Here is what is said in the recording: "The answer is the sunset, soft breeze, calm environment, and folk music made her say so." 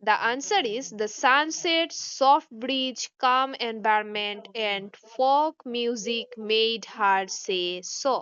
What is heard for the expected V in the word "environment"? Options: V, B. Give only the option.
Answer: B